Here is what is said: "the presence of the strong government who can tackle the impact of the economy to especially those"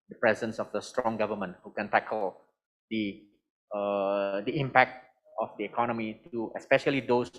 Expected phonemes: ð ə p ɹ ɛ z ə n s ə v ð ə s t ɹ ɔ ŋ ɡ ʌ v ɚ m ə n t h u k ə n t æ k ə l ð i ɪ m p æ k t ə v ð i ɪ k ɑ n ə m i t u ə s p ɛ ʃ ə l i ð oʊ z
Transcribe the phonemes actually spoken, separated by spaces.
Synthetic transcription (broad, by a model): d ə p ɹ ɛ z ə n s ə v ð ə s t ɹ ɔ ŋ ɡ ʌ v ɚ m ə n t h u k ə n t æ k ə l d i ɪ m p æ k t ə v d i ɪ k ɑ n ə m i t u ə s p ɛ ʃ ə l i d oʊ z